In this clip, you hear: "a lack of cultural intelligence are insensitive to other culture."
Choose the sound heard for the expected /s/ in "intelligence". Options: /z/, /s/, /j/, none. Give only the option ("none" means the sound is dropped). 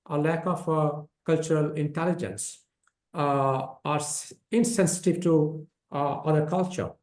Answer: /s/